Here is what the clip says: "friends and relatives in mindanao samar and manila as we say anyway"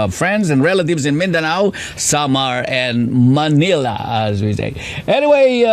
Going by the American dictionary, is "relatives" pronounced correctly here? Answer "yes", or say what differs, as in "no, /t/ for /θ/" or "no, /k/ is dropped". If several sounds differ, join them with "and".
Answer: yes